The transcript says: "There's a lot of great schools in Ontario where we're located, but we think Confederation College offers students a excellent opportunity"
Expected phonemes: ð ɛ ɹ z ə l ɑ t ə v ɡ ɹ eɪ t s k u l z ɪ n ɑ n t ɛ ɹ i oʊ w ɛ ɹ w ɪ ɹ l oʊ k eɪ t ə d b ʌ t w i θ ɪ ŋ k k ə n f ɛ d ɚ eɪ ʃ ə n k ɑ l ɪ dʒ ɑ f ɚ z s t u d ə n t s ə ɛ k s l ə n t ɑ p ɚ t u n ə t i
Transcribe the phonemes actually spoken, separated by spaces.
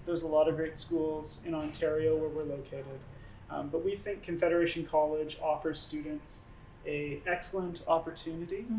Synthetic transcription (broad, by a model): ð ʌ ɹ z ə l ɑ t ə v ɡ ɹ eɪ t s k u l z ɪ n ɑ n t ɛ ɹ i oʊ w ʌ ɹ w ɪ ɹ l oʊ k eɪ t ə d b ʌ t w i θ ɪ ŋ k k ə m f ɛ d ɚ eɪ ʃ n k ɑ l ɪ dʒ ɑ f ɚ z s t u d n t s ə ɛ k s l ə n t ɑ p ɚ t u n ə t i